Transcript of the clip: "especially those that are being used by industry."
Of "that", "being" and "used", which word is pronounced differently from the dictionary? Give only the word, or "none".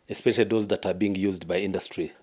none